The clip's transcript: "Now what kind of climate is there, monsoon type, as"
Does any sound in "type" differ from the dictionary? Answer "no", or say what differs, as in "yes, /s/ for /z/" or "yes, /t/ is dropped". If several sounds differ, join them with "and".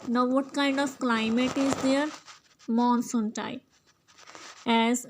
yes, /p/ is dropped